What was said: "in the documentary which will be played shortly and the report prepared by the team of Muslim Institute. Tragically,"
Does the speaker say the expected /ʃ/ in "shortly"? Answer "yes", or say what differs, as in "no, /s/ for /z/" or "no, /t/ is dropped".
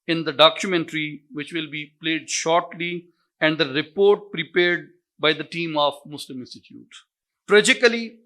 yes